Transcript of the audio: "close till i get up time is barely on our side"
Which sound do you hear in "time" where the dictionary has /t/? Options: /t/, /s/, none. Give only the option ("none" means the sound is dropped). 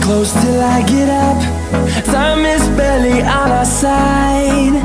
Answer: /s/